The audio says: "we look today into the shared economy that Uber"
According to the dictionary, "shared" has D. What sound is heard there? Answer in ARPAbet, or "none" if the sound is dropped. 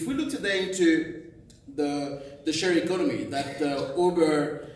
none